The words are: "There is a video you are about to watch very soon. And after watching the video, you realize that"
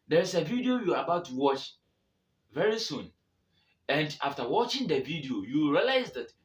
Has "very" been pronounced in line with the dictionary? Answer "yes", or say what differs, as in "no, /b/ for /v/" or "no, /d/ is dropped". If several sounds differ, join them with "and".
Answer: yes